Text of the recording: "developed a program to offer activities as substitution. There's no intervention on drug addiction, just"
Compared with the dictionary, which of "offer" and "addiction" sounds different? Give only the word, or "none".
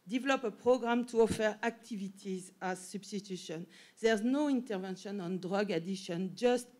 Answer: addiction